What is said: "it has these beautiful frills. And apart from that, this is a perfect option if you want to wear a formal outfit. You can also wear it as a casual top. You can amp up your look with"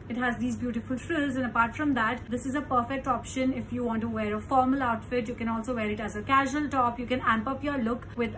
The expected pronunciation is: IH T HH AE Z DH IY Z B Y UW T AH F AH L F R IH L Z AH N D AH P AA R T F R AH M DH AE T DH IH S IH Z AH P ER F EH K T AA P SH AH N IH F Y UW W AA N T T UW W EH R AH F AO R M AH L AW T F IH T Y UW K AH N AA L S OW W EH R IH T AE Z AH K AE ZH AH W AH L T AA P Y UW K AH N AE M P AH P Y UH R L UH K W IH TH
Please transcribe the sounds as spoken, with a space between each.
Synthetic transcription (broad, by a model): IH T HH AE Z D IY Z B Y UW T AH F AH L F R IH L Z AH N AH P AA R T F R AH M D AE T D IH S IH Z AH P ER F EH K T AA P SH AH N IH F Y UW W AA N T T UW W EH R AH F AO R M AH L AW T F IH T Y UW K AH N AA L S OW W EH R IH T AE Z AH K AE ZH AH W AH L T AA P Y UW K AH N AE M P AH P Y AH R L UH K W IH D